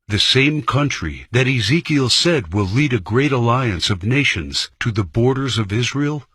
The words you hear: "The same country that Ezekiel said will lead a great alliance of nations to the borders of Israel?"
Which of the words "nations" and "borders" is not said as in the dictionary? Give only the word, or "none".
none